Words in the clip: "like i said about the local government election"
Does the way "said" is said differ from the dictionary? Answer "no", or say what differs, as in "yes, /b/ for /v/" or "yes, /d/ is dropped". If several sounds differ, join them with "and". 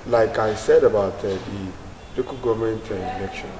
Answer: no